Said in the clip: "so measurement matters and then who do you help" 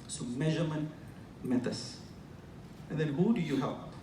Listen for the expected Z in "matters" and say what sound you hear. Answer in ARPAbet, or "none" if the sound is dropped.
S